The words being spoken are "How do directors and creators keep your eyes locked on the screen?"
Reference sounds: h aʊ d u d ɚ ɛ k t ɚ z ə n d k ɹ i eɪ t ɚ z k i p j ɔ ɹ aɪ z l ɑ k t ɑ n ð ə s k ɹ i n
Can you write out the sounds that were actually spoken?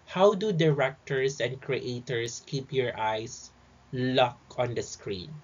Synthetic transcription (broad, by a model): h aʊ d u d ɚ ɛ k t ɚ s ə n d k ɹ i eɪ t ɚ s k i p j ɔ ɹ aɪ s l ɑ k ɑ n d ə s k ɹ i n